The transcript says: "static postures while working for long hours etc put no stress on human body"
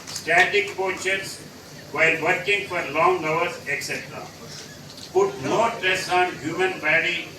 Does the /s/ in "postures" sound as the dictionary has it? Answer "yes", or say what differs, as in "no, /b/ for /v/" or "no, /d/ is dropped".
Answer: no, /s/ is dropped